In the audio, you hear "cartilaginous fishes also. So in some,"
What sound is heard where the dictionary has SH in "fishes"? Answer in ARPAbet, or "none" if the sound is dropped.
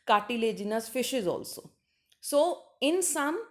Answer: SH